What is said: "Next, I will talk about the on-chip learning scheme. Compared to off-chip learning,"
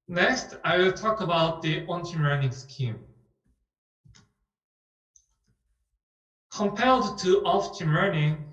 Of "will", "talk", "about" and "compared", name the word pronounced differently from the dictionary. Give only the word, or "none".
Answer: compared